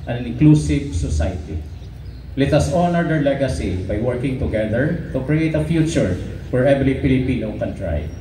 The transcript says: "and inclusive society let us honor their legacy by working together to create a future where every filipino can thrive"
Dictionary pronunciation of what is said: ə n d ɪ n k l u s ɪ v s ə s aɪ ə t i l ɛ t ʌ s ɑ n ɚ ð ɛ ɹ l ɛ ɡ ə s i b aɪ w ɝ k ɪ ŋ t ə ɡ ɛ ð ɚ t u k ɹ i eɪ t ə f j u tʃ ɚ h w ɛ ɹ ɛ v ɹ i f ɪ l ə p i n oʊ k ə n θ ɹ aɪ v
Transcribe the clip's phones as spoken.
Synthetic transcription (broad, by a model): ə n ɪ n k l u s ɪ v s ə s aɪ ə t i l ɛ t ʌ s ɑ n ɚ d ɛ ɹ l ɛ ɡ ə s i b aɪ w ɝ k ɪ ŋ t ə ɡ ɛ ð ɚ t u k ɹ i eɪ t ə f j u tʃ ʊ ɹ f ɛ ɹ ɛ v l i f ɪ l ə p i n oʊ k ə n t ɹ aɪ